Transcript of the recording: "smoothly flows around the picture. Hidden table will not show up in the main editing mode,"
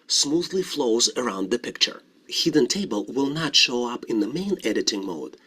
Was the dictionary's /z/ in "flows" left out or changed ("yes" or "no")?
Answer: no